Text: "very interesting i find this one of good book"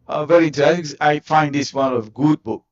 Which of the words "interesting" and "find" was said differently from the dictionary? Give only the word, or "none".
interesting